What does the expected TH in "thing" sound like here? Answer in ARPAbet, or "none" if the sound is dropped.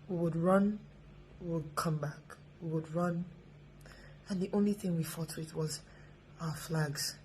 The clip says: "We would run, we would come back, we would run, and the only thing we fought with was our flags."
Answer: TH